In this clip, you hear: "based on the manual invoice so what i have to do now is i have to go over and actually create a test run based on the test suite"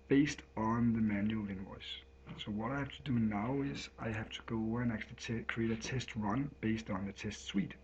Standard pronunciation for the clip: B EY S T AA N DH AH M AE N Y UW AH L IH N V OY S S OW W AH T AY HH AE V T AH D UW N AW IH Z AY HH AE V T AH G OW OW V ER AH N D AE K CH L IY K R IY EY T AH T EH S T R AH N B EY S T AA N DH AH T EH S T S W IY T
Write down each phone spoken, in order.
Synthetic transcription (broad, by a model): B EY S T N DH AH M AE N Y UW L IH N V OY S S OW W AH T AY HH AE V T AH D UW N AW IH Z AY HH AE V T AH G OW OW UH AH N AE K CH IY K R IY EY T AH T EH S T R AH N B EY S T N DH AH T EH S T S W IY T